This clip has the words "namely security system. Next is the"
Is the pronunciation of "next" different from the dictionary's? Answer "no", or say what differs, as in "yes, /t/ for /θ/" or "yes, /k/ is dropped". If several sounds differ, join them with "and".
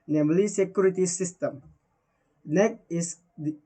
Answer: yes, /s/ is dropped